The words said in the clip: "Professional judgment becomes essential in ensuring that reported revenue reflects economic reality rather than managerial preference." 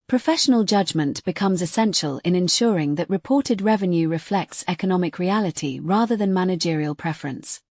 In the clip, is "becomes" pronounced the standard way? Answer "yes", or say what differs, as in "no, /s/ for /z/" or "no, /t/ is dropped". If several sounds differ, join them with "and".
yes